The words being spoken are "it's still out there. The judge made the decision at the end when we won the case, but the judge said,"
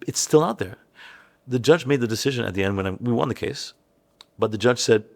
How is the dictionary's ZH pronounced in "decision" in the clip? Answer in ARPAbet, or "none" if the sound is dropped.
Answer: ZH